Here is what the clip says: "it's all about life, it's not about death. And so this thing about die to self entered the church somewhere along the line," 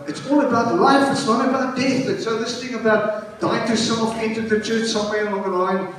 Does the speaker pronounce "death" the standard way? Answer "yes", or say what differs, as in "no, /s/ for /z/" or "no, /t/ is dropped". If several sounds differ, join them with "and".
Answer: yes